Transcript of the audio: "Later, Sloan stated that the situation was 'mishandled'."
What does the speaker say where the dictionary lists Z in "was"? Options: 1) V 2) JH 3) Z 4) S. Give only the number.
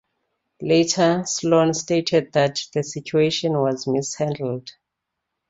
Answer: 3